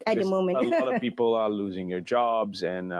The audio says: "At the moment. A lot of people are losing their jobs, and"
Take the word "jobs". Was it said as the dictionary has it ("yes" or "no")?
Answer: yes